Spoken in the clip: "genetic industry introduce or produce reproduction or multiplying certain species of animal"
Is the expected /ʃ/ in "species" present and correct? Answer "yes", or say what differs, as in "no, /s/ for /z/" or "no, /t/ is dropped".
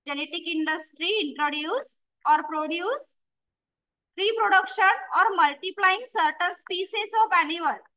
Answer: no, /s/ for /ʃ/